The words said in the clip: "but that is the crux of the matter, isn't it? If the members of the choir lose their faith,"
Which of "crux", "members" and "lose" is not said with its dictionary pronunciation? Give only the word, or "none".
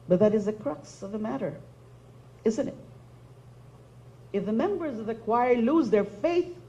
none